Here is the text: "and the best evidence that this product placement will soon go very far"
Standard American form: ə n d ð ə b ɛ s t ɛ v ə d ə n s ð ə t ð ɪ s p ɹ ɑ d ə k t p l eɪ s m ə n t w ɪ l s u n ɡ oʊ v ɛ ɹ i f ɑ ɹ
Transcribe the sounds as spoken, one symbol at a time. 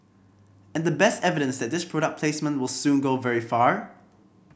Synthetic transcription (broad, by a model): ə n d ð ə b ɛ s t ɛ v ə d ə n s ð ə t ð ɪ s p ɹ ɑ d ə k p l eɪ s m ə n t w ɪ l s u n ɡ oʊ v ɛ ɹ i f ɑ ɹ